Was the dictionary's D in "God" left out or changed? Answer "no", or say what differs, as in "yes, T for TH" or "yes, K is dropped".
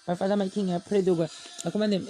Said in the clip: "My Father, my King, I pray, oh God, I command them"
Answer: yes, D is dropped